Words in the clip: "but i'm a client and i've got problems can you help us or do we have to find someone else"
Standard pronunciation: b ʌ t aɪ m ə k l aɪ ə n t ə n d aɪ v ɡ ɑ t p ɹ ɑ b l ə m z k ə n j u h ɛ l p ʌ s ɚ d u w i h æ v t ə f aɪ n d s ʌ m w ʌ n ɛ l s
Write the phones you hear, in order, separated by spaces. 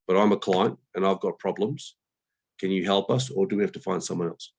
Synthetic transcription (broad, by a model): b ʌ t aɪ m ə k l aɪ ə n t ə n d aɪ v ɡ ɑ t p ɹ ɑ b l ə m z k ə n j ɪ h ɛ l p ʌ s ɚ d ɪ w i h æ f t ə f aɪ n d s ʌ m w ʌ n ɛ l s